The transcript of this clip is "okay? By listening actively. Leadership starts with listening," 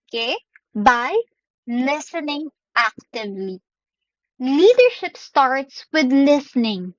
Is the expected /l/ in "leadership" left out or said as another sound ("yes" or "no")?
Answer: no